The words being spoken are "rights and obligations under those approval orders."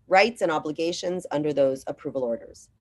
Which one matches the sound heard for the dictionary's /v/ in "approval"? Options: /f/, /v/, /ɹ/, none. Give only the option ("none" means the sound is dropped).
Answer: /v/